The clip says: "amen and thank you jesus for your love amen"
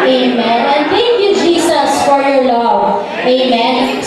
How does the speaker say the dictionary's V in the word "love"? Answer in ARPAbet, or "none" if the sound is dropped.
none